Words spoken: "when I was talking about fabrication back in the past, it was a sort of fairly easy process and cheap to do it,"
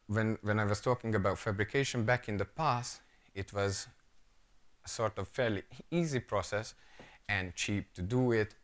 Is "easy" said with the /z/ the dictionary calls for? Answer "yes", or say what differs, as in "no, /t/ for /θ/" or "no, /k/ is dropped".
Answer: yes